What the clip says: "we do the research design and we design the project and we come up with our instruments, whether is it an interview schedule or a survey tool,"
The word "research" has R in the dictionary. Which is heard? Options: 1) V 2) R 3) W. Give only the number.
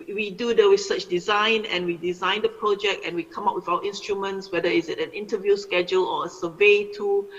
3